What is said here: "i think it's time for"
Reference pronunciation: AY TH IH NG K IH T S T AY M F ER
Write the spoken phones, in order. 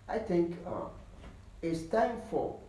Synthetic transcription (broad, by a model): AY TH IH NG K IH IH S T AY M F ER